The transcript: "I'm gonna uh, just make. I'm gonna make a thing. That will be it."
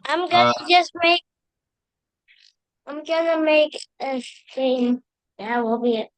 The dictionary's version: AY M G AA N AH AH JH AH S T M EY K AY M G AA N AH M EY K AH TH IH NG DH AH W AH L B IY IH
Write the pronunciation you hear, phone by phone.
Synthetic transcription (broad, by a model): AY M G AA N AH AH JH AH S T M EY K AY M G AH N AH M EY K AH S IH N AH W AH L B IY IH